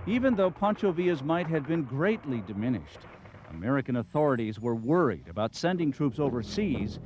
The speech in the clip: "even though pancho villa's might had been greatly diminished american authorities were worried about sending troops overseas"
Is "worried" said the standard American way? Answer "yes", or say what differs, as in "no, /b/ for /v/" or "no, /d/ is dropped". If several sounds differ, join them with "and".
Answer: yes